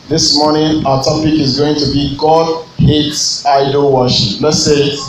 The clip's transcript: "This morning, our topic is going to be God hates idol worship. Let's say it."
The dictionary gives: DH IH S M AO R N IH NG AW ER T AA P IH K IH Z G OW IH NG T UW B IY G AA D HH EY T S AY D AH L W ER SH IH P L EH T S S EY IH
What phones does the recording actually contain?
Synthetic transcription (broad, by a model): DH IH S M AO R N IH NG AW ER T AA P IH K IH Z G OW IH NG T UW B IY G AA D HH EY T S AY D AH L W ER SH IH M L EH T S S EY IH